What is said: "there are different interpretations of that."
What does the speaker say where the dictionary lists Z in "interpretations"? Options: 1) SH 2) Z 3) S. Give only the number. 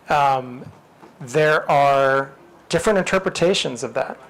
2